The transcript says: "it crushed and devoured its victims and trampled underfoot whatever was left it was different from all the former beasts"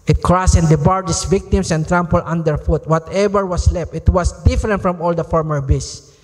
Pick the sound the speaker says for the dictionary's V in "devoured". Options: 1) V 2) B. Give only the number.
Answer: 2